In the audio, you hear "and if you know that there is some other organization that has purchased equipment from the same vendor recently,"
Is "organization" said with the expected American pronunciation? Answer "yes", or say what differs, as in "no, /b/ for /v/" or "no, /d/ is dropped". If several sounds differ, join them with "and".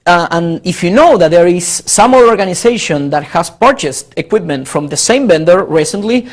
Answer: no, /s/ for /z/